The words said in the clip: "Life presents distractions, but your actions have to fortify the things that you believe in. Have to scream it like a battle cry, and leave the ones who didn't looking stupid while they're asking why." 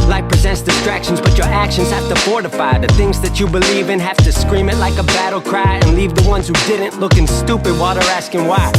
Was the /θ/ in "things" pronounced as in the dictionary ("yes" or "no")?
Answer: yes